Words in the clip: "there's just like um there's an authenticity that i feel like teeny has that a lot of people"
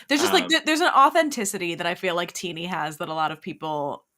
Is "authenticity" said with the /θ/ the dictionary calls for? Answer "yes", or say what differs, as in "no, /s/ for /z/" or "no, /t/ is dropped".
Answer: yes